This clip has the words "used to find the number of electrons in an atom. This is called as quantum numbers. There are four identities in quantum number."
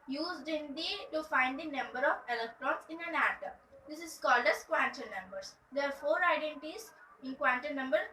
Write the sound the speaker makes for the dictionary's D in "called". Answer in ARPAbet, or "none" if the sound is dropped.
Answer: D